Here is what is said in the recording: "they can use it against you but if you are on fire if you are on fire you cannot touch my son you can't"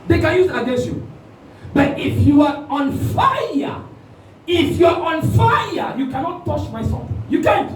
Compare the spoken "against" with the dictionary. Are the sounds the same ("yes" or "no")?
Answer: no